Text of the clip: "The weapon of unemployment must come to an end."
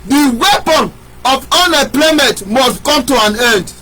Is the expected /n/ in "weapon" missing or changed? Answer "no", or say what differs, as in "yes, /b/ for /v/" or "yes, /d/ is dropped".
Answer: no